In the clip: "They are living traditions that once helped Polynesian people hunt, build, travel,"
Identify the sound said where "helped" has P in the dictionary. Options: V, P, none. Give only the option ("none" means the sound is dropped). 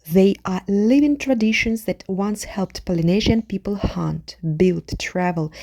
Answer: P